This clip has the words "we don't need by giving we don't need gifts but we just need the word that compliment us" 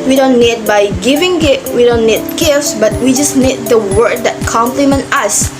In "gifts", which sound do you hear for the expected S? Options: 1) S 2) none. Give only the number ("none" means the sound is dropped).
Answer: 1